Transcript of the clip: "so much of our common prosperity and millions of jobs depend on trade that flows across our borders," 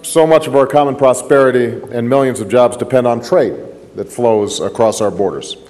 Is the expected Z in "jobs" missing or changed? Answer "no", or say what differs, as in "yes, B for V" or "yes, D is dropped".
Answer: no